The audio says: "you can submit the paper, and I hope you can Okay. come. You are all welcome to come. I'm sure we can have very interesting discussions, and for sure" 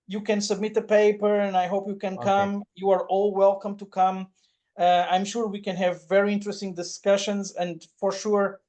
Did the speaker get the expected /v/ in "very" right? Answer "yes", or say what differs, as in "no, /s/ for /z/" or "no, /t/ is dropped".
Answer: yes